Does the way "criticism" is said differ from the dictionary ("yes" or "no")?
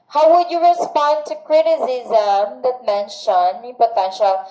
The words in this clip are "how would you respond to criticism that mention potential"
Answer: no